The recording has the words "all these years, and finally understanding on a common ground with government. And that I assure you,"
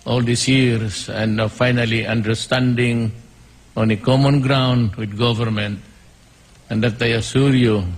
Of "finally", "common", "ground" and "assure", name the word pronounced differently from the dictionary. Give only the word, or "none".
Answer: assure